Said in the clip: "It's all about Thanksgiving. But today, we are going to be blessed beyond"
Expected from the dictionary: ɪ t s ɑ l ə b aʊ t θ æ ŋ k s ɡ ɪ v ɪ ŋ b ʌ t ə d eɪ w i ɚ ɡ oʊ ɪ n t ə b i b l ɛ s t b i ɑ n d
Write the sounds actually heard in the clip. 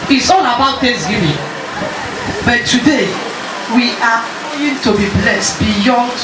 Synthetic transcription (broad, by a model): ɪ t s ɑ n ə b aʊ t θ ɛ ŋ s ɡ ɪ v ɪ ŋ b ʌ t ə d eɪ w i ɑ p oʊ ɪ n t ə b i b l ɛ s t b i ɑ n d